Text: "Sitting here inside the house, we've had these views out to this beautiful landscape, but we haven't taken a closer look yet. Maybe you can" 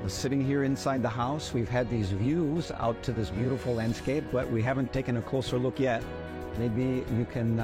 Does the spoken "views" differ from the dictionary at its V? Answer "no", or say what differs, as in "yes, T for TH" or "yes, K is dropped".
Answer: no